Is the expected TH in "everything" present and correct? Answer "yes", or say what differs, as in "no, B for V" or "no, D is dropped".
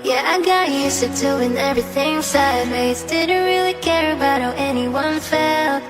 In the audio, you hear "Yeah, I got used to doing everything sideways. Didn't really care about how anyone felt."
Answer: yes